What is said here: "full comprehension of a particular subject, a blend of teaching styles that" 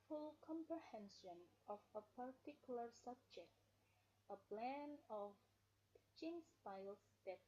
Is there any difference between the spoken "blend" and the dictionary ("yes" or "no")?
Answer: yes